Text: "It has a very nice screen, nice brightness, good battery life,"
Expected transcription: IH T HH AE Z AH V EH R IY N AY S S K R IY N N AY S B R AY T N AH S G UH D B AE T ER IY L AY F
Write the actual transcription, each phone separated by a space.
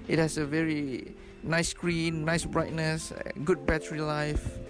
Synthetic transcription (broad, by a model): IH T HH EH S AH V EH R IY N AY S S K R IY N N AY S B R AY T N AH S G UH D B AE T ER IY L AY F